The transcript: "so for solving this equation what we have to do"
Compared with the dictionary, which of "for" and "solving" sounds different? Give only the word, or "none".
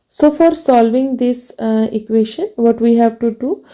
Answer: none